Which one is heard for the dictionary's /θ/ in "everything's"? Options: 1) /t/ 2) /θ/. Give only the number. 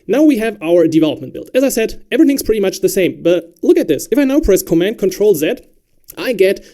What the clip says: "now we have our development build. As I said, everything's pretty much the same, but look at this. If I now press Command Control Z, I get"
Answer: 2